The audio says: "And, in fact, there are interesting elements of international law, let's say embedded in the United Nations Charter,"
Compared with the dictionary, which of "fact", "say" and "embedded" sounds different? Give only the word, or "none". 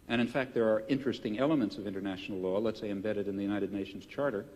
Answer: none